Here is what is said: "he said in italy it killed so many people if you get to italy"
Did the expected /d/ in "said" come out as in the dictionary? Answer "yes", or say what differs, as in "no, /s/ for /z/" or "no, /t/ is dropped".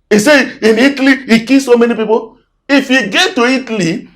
no, /d/ is dropped